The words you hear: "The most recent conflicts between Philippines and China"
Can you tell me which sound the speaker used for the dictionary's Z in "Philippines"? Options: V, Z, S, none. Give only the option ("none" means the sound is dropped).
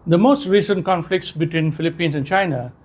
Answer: S